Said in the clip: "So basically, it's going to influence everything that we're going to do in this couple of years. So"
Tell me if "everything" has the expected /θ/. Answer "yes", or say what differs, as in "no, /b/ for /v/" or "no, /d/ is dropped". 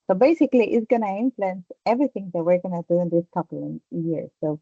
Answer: no, /t/ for /θ/